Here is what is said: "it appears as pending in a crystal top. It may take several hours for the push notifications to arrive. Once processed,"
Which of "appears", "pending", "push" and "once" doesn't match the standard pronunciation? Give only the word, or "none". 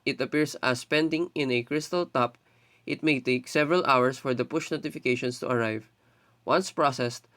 appears